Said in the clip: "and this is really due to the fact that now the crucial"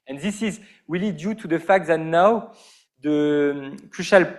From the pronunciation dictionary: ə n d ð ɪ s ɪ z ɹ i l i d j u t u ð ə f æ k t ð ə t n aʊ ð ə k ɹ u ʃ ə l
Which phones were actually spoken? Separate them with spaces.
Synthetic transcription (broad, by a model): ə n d ð ɪ s ɪ z w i l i d j u t u ð ə f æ k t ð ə t n aʊ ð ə k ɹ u ʃ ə l